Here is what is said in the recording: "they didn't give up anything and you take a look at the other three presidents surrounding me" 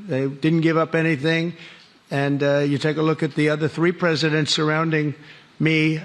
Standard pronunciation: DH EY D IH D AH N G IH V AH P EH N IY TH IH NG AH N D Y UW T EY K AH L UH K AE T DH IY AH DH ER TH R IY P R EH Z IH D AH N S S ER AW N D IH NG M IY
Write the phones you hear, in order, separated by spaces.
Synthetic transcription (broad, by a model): DH EY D IH D N G IH V AH P EH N IY TH IH NG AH N Y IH T EY K AH L UH K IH T DH IY AH DH ER TH R IY P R EH Z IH D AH N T S ER AW N D IH NG M IY